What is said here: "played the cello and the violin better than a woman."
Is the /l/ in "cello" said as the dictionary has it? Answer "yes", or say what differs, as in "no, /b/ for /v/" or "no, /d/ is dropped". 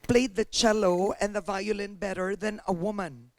yes